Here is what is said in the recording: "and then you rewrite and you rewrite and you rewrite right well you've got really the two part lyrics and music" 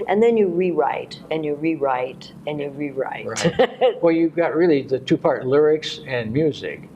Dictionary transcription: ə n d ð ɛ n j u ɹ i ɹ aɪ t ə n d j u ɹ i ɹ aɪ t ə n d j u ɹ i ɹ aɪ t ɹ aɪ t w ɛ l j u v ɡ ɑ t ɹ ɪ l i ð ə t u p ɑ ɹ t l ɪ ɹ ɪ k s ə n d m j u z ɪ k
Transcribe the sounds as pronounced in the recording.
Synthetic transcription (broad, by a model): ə n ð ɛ n j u ɹ i ɹ aɪ t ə n j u ɹ i ɹ aɪ t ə n j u ɹ i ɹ ɹ aɪ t w ɛ l j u ɡ ɑ t ɹ ɪ l i ð ə t u p ɑ ɹ t l ɪ ɹ ɪ k s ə n m j u z ɪ k